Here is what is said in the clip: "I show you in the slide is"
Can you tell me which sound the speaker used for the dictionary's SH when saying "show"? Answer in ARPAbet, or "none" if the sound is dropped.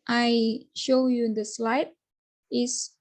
SH